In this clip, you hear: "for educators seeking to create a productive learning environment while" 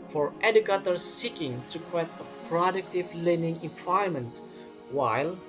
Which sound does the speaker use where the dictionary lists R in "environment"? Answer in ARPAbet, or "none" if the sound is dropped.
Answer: none